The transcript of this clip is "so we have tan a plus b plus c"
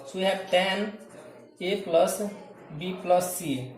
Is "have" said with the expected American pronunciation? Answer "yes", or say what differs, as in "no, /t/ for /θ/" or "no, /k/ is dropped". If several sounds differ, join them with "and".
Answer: no, /p/ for /v/